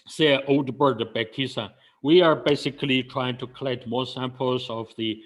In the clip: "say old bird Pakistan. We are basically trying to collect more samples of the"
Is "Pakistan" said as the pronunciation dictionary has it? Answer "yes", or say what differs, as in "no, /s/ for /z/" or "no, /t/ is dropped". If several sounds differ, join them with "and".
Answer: no, /b/ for /p/